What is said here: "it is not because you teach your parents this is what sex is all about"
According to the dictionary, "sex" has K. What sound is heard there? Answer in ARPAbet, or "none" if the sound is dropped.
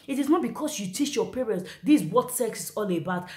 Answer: K